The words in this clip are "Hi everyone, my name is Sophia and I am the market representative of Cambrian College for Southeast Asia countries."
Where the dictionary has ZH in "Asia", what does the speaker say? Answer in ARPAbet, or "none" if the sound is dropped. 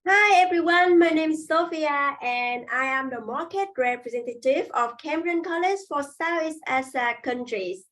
S